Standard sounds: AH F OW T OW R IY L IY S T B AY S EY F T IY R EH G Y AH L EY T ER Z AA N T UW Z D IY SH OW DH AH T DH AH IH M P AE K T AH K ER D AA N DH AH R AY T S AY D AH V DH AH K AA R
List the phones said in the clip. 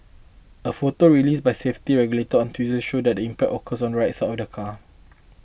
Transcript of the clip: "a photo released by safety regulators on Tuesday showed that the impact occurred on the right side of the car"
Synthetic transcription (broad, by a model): AH F OW T OW R IY L IY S B AY S EY F T IY R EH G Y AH L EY T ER AA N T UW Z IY SH OW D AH T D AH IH M P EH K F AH K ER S AA N R AY T S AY AH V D AH K AA